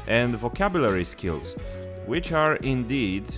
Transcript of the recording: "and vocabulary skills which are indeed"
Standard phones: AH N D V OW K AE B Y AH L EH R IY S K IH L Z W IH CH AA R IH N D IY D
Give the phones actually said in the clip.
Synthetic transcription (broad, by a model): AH N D V OW K AE B Y AH L EH R IY S K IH L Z W IH CH AA R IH N D IY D